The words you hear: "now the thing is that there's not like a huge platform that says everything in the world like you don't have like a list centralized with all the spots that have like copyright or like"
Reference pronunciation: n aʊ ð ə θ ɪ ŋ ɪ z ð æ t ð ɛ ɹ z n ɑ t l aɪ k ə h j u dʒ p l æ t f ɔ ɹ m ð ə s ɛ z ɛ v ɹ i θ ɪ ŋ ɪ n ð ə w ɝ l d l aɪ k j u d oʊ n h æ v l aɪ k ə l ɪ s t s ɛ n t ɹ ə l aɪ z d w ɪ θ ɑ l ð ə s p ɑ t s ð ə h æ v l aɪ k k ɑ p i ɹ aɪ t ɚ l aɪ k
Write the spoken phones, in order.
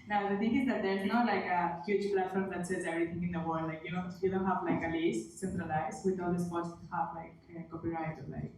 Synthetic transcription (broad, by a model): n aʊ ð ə t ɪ ŋ ɪ z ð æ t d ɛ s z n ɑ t l aɪ k ə h j u dʒ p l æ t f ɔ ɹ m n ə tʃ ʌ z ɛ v ɹ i t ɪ ŋ ɪ n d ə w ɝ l d l aɪ k j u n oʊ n h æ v l aɪ k ə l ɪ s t s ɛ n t ɹ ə l aɪ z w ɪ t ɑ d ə s p ɑ t s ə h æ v l aɪ k k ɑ p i ɹ aɪ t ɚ l aɪ k